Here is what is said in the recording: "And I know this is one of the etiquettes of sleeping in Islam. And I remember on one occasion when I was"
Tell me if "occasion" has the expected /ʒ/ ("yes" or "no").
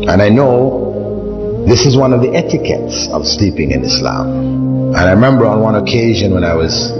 yes